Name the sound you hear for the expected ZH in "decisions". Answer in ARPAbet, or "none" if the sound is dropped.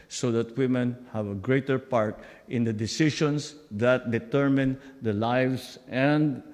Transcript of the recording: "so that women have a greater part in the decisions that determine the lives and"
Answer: SH